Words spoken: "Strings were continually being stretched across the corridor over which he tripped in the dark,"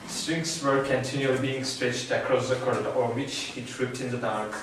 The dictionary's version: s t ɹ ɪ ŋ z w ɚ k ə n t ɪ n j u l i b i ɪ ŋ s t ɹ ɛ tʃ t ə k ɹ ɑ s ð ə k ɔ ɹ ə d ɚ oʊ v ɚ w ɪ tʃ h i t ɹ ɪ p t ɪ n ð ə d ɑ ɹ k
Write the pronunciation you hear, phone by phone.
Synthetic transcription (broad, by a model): s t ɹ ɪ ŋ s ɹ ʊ k ə n t ɪ n j u l i b i ɪ ŋ s t ɹ ɛ tʃ t ə k ɹ ɑ s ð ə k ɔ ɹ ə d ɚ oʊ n w ɪ tʃ h i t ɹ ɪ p t ɪ n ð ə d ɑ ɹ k